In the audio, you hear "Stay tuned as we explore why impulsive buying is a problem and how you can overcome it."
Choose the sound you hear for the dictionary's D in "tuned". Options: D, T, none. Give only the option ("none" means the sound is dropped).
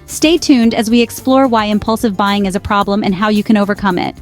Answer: D